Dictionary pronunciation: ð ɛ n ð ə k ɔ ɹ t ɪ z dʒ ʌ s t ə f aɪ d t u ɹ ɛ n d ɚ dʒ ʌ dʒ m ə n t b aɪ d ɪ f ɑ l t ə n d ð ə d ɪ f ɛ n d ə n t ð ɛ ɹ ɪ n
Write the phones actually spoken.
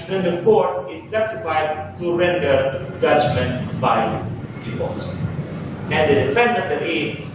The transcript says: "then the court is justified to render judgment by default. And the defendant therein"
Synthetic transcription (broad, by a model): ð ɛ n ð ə k ɔ ɹ t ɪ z dʒ ʌ s t ə f aɪ d t u ɹ ɛ n d ɚ dʒ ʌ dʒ m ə n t b aɪ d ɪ p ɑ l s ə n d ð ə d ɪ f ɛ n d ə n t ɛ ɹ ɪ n